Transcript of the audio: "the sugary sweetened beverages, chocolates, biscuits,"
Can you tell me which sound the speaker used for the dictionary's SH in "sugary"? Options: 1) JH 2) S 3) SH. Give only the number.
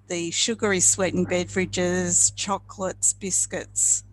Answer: 3